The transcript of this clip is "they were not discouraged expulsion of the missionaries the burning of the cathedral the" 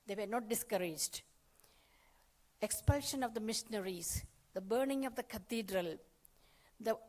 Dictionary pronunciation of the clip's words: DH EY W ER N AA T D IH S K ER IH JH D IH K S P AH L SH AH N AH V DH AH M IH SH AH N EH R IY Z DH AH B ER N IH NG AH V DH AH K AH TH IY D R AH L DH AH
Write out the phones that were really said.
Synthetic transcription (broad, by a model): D EY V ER N AA T D IH S K ER IH JH D IH K S P AH L SH AH N AH V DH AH M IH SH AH N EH R IY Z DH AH B ER N IH NG AH V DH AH K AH T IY D R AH L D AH